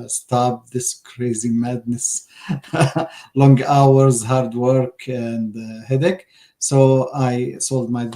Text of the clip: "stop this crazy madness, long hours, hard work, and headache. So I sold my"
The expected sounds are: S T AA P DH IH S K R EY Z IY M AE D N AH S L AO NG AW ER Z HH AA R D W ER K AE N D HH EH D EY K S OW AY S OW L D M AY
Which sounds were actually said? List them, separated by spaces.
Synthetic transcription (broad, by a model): S T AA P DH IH S K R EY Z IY M AE D N AH S L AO NG AW ER Z HH AA R D W ER K AE N D HH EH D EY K S OW AY S OW L D M AY